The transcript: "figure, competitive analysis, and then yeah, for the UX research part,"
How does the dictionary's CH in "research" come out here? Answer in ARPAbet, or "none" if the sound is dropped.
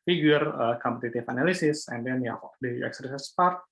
S